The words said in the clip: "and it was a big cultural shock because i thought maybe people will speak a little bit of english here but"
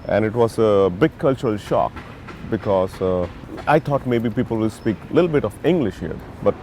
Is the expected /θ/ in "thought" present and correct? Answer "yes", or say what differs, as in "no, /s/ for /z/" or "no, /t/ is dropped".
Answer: no, /t/ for /θ/